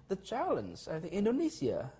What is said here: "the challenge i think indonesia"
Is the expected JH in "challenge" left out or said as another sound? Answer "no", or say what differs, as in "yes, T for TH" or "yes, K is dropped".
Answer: yes, Z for JH